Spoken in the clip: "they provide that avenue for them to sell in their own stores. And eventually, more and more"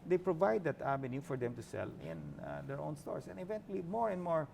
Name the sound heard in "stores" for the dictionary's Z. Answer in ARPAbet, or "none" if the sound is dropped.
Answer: S